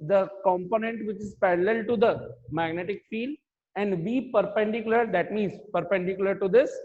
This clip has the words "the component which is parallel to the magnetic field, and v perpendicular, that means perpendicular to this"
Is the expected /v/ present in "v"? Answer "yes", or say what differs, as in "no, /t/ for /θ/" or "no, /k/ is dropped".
no, /b/ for /v/